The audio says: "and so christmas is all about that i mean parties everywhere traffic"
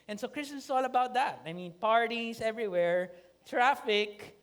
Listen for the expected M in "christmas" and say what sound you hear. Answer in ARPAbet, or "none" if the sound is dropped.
none